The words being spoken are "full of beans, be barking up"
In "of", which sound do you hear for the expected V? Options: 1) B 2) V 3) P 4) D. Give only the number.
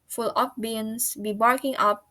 3